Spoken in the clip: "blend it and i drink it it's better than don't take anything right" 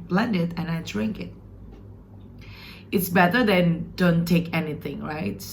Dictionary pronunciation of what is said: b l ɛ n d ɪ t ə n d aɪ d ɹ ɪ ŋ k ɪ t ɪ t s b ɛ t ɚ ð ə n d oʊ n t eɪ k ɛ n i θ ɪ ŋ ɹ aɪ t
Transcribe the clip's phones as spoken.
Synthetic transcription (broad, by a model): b l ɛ n d ɪ t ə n aɪ d ɹ ɪ ŋ k ɪ t ɪ t s b ɛ t ɚ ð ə n d oʊ n t eɪ k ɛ n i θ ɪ ŋ ɹ aɪ t